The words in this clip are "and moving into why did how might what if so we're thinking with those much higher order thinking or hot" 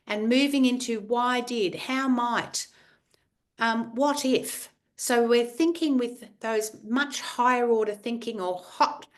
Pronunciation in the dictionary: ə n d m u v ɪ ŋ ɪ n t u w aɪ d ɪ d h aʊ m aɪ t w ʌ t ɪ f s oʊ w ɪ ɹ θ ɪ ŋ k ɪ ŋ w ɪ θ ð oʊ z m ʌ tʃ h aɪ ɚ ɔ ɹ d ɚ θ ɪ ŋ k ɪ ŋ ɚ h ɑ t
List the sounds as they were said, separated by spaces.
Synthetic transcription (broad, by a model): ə n m u v ɪ ŋ ɪ n t u w aɪ d ɪ d h aʊ m aɪ t w ʌ t ɪ f s oʊ w ɪ ɹ θ ɪ ŋ k ɪ ŋ w ɪ ð oʊ z m ʌ tʃ h aɪ ɚ ɔ ɹ d ɚ θ ɪ ŋ k ɪ ŋ ɚ h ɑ t